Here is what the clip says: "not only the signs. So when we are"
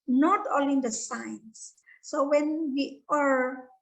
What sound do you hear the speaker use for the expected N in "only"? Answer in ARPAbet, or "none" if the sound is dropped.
none